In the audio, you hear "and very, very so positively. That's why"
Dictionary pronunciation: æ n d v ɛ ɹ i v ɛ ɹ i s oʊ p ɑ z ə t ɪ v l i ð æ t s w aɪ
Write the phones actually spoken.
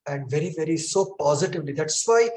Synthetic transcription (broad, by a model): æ n d v ɛ ɹ i v ɛ ɹ i s oʊ p ɑ z ə t ɪ v l i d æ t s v aɪ